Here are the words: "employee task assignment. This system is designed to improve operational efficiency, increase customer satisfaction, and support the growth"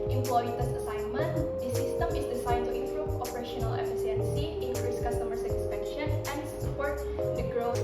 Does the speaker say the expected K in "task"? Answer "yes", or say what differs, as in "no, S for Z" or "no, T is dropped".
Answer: no, K is dropped